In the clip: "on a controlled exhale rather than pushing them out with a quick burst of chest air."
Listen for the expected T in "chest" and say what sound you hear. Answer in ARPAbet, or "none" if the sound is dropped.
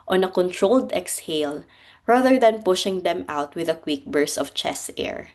none